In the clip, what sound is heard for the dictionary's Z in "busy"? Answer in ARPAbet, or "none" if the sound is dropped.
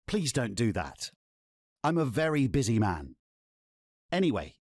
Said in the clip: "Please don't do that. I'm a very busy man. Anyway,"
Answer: Z